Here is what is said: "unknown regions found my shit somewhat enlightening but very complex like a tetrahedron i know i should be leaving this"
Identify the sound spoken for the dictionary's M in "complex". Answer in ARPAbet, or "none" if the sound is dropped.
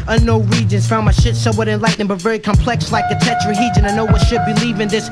M